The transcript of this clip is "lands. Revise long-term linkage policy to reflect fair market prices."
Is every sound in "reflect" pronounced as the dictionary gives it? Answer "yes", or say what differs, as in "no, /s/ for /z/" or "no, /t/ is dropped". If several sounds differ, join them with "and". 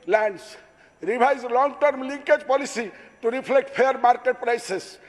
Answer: no, /p/ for /f/